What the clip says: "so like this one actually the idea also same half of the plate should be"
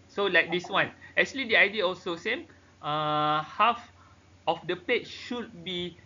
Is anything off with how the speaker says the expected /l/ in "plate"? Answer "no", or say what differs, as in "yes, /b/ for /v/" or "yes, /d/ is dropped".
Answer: yes, /l/ is dropped